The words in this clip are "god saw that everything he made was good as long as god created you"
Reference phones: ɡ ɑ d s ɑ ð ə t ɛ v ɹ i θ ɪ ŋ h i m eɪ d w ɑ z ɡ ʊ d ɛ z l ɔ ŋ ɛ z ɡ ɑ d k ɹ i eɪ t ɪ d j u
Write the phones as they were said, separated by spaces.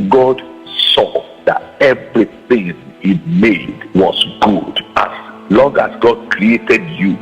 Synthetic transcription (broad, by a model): ɡ ɑ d s ɑ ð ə t ɛ v ɹ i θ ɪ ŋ h i m eɪ d w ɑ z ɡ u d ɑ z l ɔ ŋ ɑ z ɡ ɑ d k ɹ i eɪ t ɪ d j u